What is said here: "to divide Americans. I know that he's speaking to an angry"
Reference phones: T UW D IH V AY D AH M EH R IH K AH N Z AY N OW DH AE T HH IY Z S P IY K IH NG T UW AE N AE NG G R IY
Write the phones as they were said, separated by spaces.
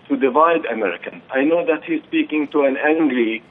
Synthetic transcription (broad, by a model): T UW D IH V AY D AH M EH R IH K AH N AY N OW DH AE T HH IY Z S P IY K IH NG T UW AE N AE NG G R IY